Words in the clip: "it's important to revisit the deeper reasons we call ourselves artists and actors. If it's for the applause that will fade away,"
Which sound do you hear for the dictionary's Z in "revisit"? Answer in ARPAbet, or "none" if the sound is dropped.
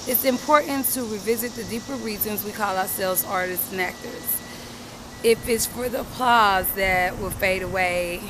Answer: Z